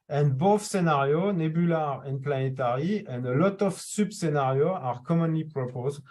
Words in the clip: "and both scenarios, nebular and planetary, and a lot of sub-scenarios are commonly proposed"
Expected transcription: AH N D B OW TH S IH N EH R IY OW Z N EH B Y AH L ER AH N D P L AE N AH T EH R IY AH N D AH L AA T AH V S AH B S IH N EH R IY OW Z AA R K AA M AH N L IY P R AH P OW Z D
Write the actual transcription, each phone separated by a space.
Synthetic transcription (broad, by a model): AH N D B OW F S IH N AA R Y OW N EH B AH L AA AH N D P L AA N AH T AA R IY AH N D AH L AA T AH F S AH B S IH N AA R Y OW AA R K AA M AH N L IY P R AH P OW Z